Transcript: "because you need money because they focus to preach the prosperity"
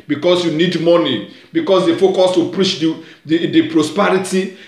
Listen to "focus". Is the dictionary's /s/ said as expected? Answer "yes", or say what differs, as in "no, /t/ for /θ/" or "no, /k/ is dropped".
yes